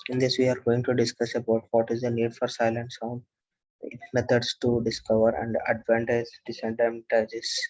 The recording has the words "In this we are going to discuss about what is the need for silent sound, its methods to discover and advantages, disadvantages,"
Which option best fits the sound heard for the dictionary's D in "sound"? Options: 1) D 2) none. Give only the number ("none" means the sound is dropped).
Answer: 2